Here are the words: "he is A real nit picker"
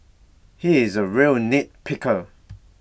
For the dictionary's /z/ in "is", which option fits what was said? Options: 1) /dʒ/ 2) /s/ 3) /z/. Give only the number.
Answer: 3